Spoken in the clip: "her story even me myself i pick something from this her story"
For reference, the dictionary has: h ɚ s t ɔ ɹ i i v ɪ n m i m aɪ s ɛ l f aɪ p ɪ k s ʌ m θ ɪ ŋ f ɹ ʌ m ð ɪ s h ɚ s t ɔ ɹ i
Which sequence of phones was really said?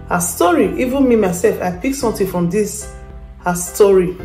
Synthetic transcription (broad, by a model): h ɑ s t ɔ ɹ i i v ɪ n m i m aɪ s ɛ l f aɪ p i k s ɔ m t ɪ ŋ f ɹ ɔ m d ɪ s h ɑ s t ɔ ɹ i